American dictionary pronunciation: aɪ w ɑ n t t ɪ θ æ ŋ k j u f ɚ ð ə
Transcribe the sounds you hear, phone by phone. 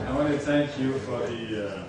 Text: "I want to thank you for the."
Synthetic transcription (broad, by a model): aɪ w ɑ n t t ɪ θ æ ŋ k j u f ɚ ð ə